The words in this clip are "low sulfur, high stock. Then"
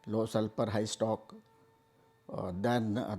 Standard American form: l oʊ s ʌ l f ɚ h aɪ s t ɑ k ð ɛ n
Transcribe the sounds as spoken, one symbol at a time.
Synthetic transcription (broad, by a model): l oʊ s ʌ l p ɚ h aɪ s t ɑ k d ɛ n